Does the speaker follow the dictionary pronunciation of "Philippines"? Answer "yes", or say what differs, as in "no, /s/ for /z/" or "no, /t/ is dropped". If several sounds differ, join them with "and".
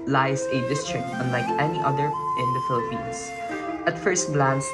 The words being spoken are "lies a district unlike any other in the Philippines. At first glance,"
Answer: no, /s/ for /z/